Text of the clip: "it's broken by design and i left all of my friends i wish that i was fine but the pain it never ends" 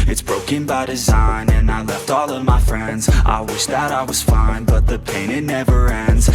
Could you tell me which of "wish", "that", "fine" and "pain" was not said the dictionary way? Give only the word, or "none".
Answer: none